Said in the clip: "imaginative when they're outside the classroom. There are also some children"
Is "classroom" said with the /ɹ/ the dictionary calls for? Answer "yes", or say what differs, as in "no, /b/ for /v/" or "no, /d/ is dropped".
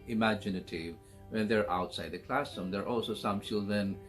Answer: no, /ɹ/ is dropped